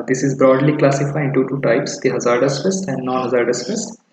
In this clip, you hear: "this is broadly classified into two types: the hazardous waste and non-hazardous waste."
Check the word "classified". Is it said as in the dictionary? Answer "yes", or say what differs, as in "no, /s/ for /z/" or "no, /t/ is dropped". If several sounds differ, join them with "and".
no, /d/ is dropped